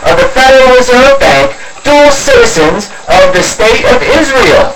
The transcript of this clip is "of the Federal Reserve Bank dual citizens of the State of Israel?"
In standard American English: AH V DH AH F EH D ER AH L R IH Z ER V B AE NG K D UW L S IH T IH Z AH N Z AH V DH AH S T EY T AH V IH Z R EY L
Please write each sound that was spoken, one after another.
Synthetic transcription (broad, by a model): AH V DH AH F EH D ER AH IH Z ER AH B AE NG K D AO S IH T IH Z AH N Z AH V DH AH S T EY T AH V IH Z R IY L